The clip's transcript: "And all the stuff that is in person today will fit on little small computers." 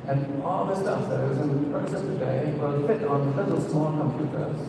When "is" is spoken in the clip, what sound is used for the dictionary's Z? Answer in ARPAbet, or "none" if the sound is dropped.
Z